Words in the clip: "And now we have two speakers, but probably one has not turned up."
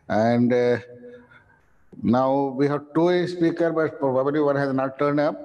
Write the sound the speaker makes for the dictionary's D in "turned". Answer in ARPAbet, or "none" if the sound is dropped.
D